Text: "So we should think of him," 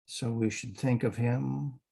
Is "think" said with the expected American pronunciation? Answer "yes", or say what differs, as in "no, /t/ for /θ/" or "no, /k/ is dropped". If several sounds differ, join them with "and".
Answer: yes